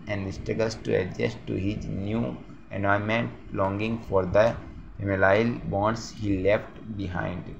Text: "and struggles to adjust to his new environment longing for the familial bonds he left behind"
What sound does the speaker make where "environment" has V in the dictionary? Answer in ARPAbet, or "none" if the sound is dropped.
none